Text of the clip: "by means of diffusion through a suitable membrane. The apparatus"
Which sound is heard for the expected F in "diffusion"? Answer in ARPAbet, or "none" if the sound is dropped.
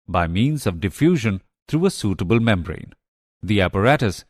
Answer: F